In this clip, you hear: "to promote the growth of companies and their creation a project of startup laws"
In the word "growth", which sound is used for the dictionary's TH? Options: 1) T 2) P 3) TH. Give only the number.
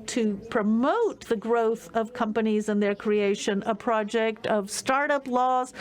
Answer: 3